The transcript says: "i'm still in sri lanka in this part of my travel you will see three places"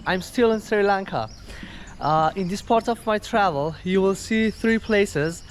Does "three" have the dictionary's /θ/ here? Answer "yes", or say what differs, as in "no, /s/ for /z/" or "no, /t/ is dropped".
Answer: yes